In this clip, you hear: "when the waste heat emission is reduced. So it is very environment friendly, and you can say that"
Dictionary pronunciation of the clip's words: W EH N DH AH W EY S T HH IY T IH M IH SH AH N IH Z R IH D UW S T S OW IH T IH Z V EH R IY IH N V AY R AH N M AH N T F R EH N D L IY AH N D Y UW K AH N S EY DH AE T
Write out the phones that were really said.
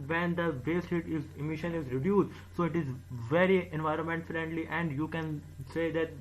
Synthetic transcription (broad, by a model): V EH N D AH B EY S T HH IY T IH M IH SH AH N IH Z R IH D UW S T S OW IH T IH Z V EH R IY IH N V AY R AH N M AH N T F R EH N D L IY AH N D Y UW K AH N S EY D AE T